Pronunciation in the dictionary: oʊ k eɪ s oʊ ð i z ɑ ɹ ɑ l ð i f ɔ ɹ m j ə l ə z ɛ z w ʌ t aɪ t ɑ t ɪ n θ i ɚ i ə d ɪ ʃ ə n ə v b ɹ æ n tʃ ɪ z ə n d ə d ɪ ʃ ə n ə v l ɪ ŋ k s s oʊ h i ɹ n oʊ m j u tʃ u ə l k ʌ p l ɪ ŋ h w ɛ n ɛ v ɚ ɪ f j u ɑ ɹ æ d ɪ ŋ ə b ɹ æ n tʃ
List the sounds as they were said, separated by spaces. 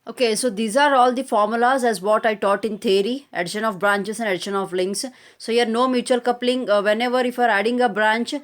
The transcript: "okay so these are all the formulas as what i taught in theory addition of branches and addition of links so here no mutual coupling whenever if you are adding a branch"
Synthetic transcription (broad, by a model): oʊ k eɪ s oʊ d i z ɑ ɹ ɑ l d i f ɔ ɹ m j ə l ə z ɛ z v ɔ t aɪ t ɑ t ɪ n t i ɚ i ə d ɪ ʃ ə n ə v b ɹ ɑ n tʃ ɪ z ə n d ə d ɪ ʃ ə n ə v l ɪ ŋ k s s oʊ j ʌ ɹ n oʊ m j u tʃ u ə l k ʌ p l ɪ ŋ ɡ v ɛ n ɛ v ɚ ɪ f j ɑ ɹ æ d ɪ ŋ ə b ɹ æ n tʃ